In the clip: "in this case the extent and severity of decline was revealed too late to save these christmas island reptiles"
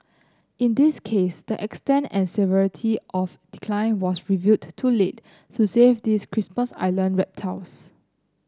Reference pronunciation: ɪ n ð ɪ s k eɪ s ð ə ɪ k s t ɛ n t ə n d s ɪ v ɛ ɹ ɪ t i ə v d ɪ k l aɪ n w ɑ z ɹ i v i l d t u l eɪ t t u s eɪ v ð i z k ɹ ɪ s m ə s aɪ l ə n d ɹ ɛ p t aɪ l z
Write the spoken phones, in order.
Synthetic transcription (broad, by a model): ɪ n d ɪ s k eɪ s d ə ɪ k s t ɛ n t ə n s ɪ v ɛ ɹ ɪ t i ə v d ɪ k l aɪ n w ɑ s ɹ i v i d t u l eɪ t t u s eɪ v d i s k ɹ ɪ s m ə s aɪ l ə n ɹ ɛ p t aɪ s